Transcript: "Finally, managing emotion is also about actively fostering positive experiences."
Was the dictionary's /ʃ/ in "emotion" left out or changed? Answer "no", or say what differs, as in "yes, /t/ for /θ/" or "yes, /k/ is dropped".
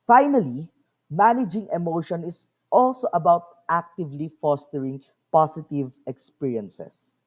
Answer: no